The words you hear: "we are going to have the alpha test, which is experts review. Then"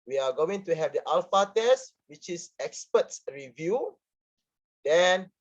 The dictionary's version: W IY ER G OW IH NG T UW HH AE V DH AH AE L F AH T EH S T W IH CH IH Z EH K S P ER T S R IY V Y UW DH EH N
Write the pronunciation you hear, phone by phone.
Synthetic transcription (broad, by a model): W IY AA G OW IH NG T UW HH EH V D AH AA L F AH T EH S T W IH CH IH S EH K S P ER T S R IY V Y UW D EH N